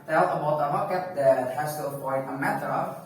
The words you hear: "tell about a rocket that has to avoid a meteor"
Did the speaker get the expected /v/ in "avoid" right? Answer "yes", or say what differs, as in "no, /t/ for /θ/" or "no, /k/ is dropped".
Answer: no, /p/ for /v/